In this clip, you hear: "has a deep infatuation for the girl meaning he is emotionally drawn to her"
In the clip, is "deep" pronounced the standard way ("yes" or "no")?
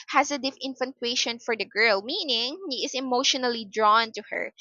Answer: no